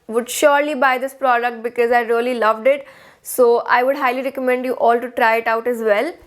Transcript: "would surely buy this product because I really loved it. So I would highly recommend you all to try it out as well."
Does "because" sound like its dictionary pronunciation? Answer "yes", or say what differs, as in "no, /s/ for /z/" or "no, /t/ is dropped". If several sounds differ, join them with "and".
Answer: yes